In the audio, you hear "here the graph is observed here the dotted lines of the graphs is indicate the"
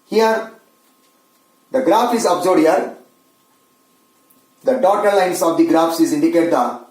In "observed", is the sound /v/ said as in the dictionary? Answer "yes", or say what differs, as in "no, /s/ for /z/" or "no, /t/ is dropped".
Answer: no, /v/ is dropped